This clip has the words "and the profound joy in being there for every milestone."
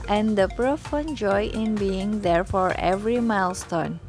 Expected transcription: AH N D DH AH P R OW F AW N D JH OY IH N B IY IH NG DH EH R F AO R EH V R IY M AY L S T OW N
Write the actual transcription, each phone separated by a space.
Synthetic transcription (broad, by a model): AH N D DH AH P R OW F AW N JH OY IH N B IY IH NG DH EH R F AO R EH V R IY M AY L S T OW N